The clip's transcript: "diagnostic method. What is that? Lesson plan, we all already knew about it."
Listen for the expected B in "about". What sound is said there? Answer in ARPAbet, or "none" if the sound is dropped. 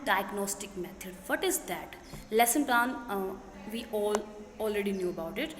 B